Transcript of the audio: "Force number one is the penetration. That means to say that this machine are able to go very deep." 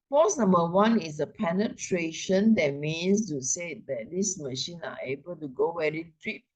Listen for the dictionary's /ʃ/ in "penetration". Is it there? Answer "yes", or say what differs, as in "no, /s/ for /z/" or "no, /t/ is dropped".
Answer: yes